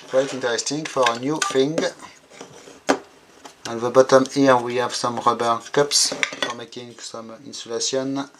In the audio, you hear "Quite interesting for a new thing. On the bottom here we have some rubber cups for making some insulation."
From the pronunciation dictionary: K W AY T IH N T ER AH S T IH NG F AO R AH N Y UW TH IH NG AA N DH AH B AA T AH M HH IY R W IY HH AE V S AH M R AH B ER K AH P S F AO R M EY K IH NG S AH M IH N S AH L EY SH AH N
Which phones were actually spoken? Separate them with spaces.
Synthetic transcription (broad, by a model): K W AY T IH N T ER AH S T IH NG F AO R AH N Y UW F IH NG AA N DH AH B AA T AH M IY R W IY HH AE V S AH M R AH B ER K AH P S F AO R M EY K IH NG S AH M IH N S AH L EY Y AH N